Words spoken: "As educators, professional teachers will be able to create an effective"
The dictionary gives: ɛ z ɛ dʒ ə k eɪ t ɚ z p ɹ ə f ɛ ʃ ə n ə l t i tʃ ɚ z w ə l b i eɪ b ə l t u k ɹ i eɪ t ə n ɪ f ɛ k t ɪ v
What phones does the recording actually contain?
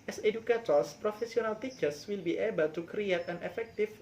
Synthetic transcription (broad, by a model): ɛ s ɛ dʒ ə k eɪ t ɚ s p ɹ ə f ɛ s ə n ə l t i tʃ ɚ s w ə l b i eɪ b ə l t u k ɹ i eɪ t ə n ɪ f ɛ k t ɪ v